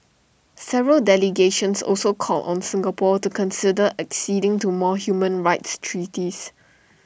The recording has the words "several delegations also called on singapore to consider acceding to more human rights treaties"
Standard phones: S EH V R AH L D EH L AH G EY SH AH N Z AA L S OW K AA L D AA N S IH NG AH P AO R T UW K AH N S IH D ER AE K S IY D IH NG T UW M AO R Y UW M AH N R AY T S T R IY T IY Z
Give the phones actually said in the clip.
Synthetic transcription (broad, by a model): S EH V R AH L D EH L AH G EY SH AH N S AA L S OW K AA L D AA N S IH NG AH P AO T UW K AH N S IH D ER AE K S IY D IH NG T UW M AO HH Y UW M AH N R AY T S T R IY T IY S